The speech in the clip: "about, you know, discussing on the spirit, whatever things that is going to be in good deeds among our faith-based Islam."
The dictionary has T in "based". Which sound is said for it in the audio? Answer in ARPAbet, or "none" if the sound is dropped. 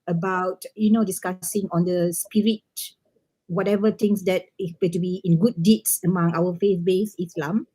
none